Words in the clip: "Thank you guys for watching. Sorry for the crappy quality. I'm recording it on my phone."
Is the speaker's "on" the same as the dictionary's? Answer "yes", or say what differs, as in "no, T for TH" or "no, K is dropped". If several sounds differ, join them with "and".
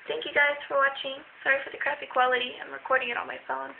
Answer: no, L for N